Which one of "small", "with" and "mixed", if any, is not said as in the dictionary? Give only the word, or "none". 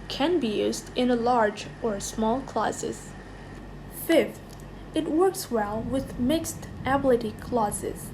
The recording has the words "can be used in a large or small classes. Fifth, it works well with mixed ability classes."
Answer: none